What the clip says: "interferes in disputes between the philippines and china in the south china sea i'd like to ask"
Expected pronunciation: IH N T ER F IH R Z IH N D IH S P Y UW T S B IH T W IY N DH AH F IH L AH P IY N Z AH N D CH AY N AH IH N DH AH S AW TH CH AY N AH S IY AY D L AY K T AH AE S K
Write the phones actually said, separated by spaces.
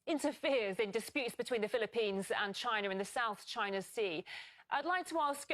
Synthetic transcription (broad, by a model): IH N T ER F IH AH Z IH N D IH S P Y UW T S B IH T W IY N DH AH F IH L AH P IY N Z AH N CH AY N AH IH N DH AH S AW TH CH AY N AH S IY AY D L AY K T AH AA S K